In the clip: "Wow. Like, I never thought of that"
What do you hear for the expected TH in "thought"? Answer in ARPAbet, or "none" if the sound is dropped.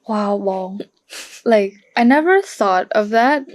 TH